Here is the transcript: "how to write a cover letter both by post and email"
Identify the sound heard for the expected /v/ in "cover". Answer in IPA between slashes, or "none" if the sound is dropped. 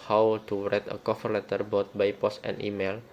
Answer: /f/